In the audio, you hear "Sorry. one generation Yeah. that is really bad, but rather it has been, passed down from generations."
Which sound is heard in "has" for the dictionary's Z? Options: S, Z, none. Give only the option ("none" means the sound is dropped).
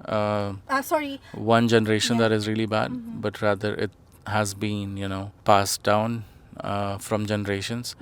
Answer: Z